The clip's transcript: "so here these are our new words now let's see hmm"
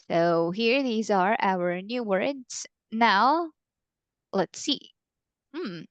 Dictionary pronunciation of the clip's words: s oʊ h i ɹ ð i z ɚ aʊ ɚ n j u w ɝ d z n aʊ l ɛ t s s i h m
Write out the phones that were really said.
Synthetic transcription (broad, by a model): s oʊ h i ɹ ð i z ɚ aʊ ɚ n j u w ɝ d z n aʊ l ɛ t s s i m